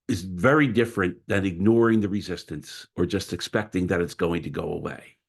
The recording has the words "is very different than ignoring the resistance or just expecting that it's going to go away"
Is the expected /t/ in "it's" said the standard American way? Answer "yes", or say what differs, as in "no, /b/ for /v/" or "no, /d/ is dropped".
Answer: yes